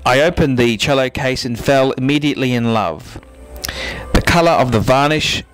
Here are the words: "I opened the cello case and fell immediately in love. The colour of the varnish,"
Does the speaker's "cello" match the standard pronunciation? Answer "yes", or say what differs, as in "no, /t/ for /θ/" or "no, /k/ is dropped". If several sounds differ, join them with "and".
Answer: yes